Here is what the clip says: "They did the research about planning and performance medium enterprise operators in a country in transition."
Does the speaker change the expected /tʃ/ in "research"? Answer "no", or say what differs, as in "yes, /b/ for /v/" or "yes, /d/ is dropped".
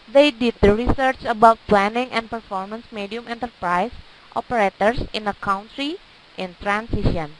no